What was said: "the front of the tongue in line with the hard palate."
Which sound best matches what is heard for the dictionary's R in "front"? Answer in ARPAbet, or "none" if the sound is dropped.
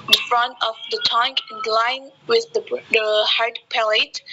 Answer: R